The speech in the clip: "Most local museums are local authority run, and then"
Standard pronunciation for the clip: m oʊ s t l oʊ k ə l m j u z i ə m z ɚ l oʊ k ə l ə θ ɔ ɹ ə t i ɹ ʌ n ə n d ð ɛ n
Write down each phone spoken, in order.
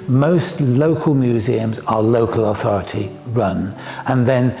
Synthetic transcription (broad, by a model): m oʊ s t l oʊ k ə l m j u z i ə m z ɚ l oʊ k ə l ə θ ɔ ɹ ə t i ɹ ʌ n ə n ð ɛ n